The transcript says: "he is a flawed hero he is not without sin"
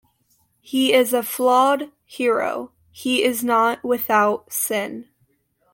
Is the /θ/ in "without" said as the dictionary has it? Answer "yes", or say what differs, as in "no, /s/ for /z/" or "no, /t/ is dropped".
yes